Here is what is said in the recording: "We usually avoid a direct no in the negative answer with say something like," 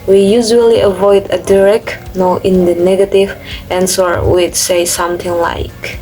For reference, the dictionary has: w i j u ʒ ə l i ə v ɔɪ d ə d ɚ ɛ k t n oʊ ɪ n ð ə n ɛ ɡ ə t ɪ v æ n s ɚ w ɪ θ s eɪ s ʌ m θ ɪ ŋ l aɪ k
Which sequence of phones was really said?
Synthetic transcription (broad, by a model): w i j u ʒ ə l i ə v ɔɪ d ə d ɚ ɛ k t n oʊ ɪ n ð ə n ɛ ɡ ə t ɪ v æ n s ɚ w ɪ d s eɪ s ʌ m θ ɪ ŋ l aɪ k